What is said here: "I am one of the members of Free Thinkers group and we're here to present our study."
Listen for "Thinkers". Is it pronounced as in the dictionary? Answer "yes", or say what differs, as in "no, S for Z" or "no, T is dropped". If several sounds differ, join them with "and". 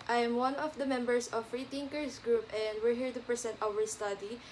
no, T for TH and S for Z